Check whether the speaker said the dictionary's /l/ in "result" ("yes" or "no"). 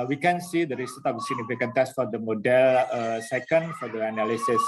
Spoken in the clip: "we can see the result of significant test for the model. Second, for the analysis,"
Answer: no